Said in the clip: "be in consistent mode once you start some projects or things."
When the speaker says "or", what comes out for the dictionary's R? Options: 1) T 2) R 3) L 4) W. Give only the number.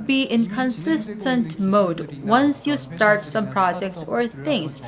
2